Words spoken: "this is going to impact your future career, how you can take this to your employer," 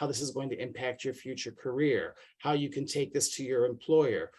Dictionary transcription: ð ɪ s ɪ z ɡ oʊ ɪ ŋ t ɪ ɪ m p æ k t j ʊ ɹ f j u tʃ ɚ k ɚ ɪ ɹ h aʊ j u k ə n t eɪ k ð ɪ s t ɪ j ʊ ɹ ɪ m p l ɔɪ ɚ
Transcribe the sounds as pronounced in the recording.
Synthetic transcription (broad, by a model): ð ɪ s ɪ z ɡ oʊ ɪ ŋ t ɪ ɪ m p æ k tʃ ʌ ɹ f j u tʃ ɚ k ɚ ɪ ɹ h aʊ j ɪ k ə n t eɪ k ð ɪ s t ɪ j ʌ ɹ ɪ m p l ɔɪ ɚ